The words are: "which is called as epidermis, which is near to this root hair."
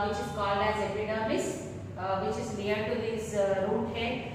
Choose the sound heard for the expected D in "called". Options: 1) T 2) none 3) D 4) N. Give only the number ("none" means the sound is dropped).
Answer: 2